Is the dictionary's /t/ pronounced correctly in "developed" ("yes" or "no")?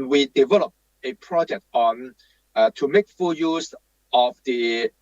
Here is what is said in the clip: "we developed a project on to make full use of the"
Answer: no